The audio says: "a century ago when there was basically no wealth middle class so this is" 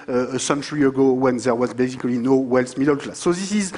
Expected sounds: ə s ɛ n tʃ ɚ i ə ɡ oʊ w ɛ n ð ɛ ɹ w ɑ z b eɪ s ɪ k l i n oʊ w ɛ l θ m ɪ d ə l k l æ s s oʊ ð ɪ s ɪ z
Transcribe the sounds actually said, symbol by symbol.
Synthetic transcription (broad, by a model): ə s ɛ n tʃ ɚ i ə ɡ oʊ w ɛ n ð ɛ ɹ w ɑ z b eɪ s ɪ k l i n oʊ w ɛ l s m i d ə l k l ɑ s s oʊ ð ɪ s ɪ z